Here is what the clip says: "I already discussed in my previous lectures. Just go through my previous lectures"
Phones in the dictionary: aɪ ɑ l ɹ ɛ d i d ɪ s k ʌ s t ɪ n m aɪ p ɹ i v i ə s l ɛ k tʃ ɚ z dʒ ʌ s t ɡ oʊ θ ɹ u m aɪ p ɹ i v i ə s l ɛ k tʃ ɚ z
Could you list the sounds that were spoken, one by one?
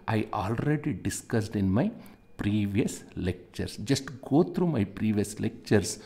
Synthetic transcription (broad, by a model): aɪ ɑ l ɹ ɛ d i d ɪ s k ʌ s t ɪ n m aɪ p ɹ i v i ə s l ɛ k tʃ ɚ s dʒ ʌ s t ɡ oʊ t ɹ u m aɪ p ɹ i v i ə s l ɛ k tʃ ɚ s